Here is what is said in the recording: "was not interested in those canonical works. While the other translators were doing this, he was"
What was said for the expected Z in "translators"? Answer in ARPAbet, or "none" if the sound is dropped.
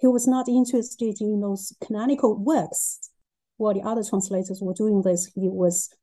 Z